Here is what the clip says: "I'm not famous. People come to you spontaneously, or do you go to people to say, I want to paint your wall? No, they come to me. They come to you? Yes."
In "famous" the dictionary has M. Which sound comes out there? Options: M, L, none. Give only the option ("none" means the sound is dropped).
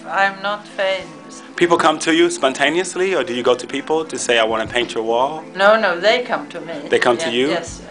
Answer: none